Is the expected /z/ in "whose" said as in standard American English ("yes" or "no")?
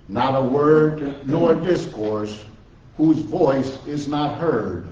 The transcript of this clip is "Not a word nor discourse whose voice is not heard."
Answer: yes